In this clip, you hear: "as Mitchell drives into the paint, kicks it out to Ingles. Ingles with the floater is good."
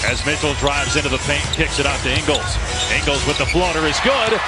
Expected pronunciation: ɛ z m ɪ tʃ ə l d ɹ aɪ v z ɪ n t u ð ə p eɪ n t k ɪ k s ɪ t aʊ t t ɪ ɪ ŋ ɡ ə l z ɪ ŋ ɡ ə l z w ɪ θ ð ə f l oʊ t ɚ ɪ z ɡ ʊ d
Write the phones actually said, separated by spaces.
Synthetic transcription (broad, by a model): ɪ z m ɪ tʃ l d ɹ aɪ v z ɪ n t u ð ə p eɪ n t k ɪ k s ɪ t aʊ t t ɪ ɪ ŋ ɡ l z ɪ ŋ ɡ l z w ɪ ð ə f l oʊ t ɚ ɪ z ɡ ʊ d